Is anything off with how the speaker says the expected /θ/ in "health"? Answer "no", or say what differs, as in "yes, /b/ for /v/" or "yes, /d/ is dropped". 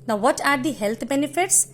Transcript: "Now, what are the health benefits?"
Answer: yes, /t/ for /θ/